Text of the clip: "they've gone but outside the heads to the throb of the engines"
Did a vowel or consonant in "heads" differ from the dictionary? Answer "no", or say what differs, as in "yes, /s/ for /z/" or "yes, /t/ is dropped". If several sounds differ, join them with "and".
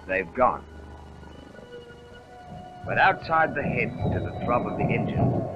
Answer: yes, /z/ is dropped